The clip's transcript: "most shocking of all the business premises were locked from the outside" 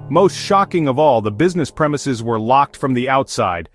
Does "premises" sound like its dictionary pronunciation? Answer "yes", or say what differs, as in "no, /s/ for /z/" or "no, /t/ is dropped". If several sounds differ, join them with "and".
yes